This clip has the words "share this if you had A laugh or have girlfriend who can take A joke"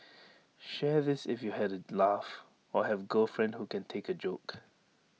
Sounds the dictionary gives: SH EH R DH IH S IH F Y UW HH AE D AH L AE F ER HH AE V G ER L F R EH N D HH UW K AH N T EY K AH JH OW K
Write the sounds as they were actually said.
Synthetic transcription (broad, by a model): SH EH DH IH S IH F Y UW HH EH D AH L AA F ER HH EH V G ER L F R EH N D HH UW K AH N T EY K AH JH OW K